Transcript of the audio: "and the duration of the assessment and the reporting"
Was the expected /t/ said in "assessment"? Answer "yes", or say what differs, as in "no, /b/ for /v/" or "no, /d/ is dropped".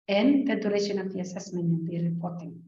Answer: no, /t/ is dropped